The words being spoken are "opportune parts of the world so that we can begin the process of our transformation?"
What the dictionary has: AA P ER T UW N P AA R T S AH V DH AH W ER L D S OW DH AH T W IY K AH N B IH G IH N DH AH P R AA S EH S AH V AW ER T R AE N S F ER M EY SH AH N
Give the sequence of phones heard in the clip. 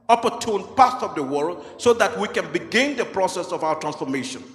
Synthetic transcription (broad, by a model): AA P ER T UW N P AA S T AH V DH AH W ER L D S OW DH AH T W IY K AH N B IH G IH N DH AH P R AA S EH S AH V AW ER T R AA N S F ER M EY SH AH N